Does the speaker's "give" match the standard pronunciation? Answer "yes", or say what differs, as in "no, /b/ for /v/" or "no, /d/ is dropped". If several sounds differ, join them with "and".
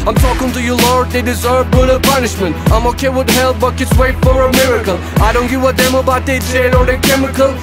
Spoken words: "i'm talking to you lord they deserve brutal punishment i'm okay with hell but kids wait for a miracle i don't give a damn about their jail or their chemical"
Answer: no, /w/ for /v/